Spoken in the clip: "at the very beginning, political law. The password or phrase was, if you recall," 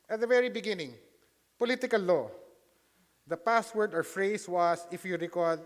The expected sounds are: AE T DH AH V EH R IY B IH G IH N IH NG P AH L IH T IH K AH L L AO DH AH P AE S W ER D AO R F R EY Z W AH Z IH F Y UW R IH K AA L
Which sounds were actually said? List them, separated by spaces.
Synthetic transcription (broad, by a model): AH T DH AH V EH R IY B IH G IH N IH NG P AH L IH T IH K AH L L AO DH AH P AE S W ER D AO R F R EY S W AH S IH F Y UW R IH K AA L